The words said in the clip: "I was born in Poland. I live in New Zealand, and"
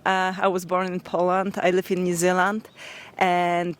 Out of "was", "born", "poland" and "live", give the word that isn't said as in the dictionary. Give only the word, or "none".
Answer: none